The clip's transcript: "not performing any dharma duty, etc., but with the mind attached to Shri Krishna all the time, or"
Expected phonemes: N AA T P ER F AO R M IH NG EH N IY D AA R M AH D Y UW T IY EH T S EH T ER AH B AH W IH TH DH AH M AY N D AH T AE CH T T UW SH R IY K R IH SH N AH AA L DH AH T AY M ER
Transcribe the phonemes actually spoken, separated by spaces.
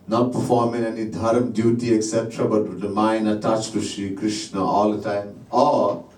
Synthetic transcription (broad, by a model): N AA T P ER F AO R M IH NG EH N IY D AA R M D Y UW T IY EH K S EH T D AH B AH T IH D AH M AY N D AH T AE CH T T UW SH R IY K R IH SH N AH AA L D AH T AY M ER